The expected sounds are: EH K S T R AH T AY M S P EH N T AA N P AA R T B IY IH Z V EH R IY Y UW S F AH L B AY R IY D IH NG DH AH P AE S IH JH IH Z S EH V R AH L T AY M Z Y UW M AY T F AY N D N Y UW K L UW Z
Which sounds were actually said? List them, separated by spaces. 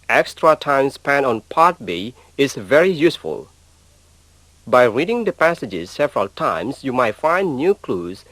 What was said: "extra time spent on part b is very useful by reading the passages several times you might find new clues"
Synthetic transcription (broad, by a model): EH K S T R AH T AY M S P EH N AA N P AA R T B IY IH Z V EH R IY Y UW S F AH L B AY R IY D IH NG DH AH P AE S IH JH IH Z S EH V R AH L T AY M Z Y UW M AY T F AY N D N Y UW K L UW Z